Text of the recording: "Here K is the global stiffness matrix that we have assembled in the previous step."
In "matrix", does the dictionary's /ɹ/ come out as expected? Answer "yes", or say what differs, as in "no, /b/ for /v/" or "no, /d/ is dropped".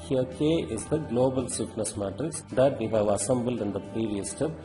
no, /ɹ/ is dropped